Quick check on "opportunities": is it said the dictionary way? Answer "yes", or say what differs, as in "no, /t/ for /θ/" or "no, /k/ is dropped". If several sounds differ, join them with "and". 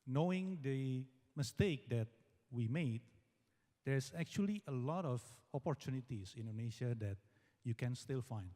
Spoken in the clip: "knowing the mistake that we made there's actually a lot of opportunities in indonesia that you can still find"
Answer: no, /s/ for /z/